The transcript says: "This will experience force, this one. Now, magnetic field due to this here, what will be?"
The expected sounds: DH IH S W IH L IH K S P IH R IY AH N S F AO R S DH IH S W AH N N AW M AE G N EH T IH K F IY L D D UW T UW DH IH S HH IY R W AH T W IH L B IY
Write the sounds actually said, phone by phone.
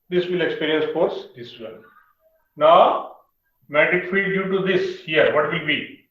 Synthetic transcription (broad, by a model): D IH S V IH L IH K S P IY R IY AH N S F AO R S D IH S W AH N N AW M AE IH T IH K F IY D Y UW T UW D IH S HH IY R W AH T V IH L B IY